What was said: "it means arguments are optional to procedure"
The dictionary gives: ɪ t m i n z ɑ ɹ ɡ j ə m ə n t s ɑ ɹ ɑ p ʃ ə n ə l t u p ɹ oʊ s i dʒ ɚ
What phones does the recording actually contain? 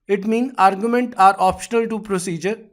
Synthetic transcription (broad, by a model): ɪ t m i n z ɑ ɹ ɡ j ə m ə n t ɑ ɹ ɑ p ʃ ə n ə l t u p ɹ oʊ s i dʒ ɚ